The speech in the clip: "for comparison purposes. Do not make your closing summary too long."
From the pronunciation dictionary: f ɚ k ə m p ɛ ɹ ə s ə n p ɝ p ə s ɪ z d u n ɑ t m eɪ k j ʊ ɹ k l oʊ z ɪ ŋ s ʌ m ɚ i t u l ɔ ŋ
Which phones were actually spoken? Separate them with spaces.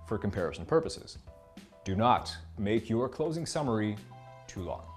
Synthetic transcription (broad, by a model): f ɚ k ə m p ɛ ɹ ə s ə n p ɝ p ə s ɪ z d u n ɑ t m eɪ k j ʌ ɹ k l oʊ z ɪ ŋ s ʌ m ɚ i t u l ɔ ŋ